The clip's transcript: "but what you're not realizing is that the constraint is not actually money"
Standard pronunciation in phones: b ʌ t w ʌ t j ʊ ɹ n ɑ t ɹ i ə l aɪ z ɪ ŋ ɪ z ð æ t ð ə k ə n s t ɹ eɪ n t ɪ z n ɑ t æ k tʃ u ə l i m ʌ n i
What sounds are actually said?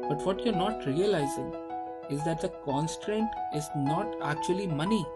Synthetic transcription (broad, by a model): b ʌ t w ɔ t j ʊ ɹ n ɑ t ɹ i ə l aɪ z ɪ ŋ ɪ z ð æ t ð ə k ə n s t ɹ eɪ n t ɪ z n ɑ t æ k tʃ u ə l i m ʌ n i